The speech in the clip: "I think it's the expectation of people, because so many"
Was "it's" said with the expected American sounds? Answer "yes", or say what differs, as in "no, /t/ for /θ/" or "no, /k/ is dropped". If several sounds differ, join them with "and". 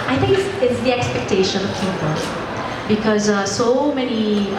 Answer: no, /s/ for /t/